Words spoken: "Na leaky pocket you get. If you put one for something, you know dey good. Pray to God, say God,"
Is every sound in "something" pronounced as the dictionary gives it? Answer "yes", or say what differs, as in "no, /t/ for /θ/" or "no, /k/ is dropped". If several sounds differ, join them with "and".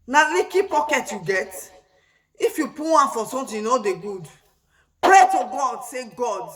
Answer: no, /t/ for /θ/